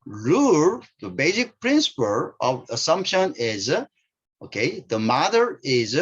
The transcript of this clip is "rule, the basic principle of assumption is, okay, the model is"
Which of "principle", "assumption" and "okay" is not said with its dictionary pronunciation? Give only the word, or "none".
none